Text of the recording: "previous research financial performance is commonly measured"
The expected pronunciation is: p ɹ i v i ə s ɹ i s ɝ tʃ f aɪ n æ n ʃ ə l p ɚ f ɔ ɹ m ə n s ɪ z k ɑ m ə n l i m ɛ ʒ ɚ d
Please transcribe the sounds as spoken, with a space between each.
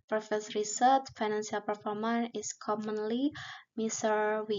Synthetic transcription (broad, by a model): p ɹ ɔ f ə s ɹ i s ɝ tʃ f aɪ n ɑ n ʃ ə l p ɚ f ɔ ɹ m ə n ɪ s k ɑ m ə n l i m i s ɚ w